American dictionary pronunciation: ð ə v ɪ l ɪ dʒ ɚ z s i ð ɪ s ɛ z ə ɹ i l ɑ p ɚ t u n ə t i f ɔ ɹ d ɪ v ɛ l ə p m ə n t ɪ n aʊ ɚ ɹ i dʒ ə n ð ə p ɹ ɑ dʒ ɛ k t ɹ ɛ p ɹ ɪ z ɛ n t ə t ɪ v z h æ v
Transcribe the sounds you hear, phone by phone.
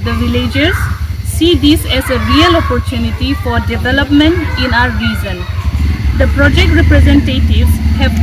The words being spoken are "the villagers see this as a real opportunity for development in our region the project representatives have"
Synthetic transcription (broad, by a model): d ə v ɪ l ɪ dʒ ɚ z s i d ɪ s ɛ z ə ɹ i l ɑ p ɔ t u n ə t i f ɔ ɹ d ɪ v ɛ l ə p m ə n t ɪ n aʊ ɚ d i z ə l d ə p ɹ ɑ dʒ ɛ k t ɹ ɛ p ɹ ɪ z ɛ n t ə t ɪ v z h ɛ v